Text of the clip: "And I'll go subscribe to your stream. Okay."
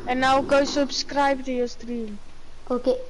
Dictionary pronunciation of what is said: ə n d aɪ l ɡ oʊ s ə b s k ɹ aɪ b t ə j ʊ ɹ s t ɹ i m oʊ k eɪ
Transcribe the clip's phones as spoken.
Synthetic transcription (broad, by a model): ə n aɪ w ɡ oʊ s ə b s k ɹ aɪ b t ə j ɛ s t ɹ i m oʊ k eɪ